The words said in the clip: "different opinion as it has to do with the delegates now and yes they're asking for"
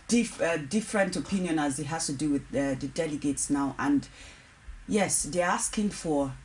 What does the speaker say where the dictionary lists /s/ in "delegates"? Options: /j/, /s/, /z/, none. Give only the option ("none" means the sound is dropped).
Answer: /s/